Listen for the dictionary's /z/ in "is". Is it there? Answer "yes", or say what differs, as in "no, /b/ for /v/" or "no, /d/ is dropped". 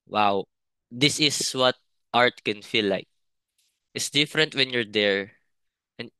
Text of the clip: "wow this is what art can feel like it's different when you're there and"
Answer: no, /s/ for /z/